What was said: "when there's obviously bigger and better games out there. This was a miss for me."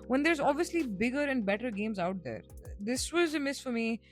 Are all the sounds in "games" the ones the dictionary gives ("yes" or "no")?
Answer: yes